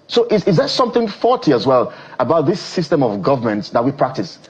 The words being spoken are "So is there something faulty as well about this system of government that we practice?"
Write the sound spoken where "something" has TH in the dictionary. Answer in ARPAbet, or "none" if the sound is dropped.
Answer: TH